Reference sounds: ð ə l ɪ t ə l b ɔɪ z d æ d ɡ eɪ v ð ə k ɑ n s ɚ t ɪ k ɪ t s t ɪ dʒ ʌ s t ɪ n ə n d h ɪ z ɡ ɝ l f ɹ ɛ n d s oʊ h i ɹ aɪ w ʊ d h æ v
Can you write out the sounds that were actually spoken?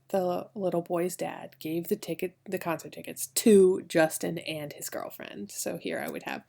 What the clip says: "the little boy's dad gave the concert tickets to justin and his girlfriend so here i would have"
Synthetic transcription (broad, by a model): ð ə l ɪ t l b ɔɪ z d æ d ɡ eɪ v ð ə k ɑ n s ɚ t ɪ k ɪ t s t ɪ dʒ ʌ s t ɪ n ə n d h ɪ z ɡ ɝ l f ɹ ɛ n d s oʊ h i ɹ aɪ w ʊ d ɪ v